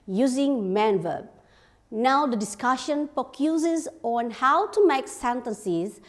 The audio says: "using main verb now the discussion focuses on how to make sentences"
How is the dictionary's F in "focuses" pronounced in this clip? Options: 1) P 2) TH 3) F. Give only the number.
1